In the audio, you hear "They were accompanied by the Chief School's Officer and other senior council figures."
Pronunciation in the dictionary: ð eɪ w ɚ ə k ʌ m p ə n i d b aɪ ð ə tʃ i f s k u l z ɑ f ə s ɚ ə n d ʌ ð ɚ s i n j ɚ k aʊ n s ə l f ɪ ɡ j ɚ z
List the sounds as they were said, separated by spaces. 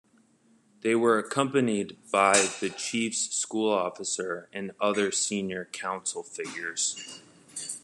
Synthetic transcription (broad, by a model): ð eɪ w ɚ ə k ʌ m p ə n i d b aɪ ð ə tʃ i f s k u l ɑ f ə s ɚ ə n ʌ ð ɚ s i n j ɚ k aʊ n s l f ɪ ɡ j ɚ z